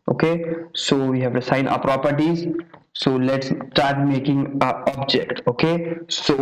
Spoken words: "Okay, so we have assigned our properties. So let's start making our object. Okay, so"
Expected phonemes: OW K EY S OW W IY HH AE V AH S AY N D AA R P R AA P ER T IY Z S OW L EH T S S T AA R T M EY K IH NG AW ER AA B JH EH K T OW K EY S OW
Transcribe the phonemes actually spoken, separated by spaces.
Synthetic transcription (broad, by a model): OW K EY S OW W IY HH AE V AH S AY N AA P R AA P ER T IY Z S OW L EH T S S T AA R T M EY K IH NG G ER AA B JH EH K T OW K EY S OW